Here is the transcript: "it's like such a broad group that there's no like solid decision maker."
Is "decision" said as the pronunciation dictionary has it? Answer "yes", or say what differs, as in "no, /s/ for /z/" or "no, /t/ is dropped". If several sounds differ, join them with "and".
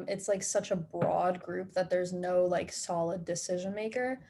yes